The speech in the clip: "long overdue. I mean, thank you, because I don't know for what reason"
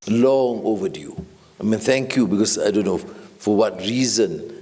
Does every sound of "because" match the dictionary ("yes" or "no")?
no